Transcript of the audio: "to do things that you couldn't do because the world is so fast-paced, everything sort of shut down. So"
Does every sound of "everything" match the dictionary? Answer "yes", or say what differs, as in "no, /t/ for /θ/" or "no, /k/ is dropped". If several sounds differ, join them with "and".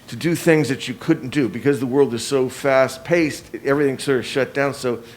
yes